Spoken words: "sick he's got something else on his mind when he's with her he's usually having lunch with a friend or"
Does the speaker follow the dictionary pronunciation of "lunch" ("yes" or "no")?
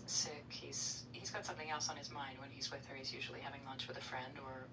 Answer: yes